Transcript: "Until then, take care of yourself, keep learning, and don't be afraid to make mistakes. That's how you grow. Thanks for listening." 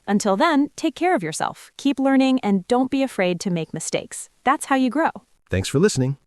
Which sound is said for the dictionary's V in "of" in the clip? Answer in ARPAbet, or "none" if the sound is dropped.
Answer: V